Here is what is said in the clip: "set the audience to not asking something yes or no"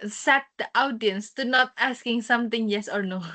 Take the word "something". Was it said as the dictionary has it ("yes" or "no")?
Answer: no